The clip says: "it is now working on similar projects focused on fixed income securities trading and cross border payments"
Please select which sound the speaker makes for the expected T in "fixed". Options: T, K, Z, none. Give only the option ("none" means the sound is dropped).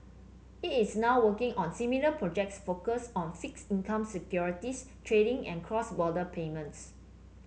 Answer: none